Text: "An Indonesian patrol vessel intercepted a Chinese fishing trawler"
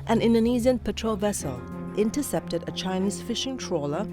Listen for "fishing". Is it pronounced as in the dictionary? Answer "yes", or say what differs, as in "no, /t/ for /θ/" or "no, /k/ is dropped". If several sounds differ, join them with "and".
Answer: yes